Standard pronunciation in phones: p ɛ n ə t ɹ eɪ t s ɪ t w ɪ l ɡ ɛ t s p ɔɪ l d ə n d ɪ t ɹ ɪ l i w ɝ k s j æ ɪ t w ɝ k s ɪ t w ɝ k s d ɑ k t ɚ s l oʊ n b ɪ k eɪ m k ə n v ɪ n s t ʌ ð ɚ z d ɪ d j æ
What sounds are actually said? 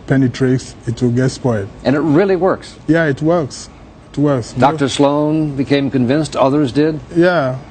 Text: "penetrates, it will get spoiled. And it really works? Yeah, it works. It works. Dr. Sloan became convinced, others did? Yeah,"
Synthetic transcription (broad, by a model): p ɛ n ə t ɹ eɪ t s ɪ t w ɪ l ɡ ɛ t s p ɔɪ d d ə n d ɪ t ɹ ɪ l i w ɝ k s j æ ɪ t w ɝ k s ɪ t w ɝ k s d ɑ k t ɚ s l oʊ n b ɪ k eɪ m k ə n v ɪ n s t ʌ ð ɚ z d ɪ d j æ